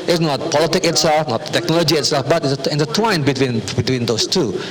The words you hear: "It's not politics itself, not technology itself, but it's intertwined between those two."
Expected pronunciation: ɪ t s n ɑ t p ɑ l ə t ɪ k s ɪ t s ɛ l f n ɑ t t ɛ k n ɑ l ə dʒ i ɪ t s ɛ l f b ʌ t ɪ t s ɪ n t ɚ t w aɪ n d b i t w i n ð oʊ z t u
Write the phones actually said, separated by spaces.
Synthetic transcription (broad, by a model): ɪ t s n ɑ t p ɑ l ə t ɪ k ɪ t s ɛ l f n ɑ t t ɛ k n ɑ l ə dʒ i ɪ t s ɛ l f b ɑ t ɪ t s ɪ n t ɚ t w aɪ n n b i t w i n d oʊ s t u